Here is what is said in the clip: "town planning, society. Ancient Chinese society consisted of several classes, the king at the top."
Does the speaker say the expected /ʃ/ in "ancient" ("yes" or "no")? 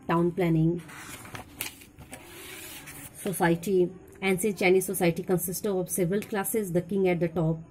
no